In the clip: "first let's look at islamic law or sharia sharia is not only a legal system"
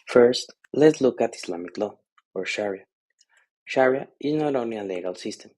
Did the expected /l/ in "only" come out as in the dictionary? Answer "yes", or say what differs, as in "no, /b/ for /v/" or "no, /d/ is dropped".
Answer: no, /l/ is dropped